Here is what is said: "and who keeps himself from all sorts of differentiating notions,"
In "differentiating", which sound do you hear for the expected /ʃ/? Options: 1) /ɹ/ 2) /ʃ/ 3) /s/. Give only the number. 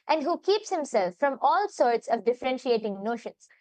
2